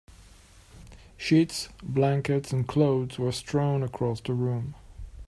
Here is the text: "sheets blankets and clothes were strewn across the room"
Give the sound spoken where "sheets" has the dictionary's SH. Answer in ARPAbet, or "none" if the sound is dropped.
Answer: SH